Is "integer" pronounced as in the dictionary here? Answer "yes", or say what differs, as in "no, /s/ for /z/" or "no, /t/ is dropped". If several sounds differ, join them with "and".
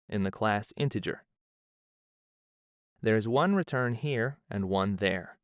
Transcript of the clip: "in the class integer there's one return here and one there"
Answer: yes